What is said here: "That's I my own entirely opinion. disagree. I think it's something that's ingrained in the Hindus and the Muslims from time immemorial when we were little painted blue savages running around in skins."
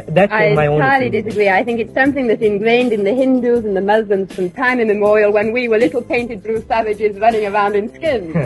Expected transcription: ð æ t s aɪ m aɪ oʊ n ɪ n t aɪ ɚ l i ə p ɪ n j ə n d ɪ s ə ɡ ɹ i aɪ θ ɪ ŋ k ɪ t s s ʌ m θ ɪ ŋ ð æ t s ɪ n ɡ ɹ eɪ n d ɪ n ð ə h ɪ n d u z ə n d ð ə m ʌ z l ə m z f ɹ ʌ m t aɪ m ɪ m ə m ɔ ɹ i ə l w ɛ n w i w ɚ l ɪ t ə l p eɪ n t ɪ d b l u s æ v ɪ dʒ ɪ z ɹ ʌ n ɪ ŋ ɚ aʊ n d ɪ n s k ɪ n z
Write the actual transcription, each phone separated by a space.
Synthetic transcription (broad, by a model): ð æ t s aɪ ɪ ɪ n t aɪ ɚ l i d ɪ s ə ɡ ɹ i aɪ θ ɪ ŋ k ɪ t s s ʌ m θ ɪ ŋ ð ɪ t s ɪ n ɡ ɹ eɪ n d ɪ n ð ə h ɪ n d u z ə n ð ə m ʌ z l ə m z f ɹ ʌ m t aɪ m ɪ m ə m ɔ ɹ i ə l w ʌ n w i w ɚ l ɪ t l p eɪ n t ɪ d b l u s æ v ɪ dʒ ɪ z ɹ ʌ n ɪ ŋ ɚ aʊ n d ɪ n s k ɪ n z